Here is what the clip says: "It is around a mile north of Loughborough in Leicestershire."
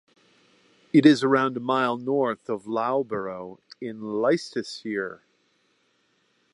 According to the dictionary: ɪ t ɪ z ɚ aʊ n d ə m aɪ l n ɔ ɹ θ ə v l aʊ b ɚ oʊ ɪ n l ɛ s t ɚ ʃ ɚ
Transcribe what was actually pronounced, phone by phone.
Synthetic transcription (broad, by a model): ɪ t ɪ z ɚ aʊ n d ə m aɪ l n ɔ ɹ θ ə v l aʊ b ɚ oʊ ɪ n l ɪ s t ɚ s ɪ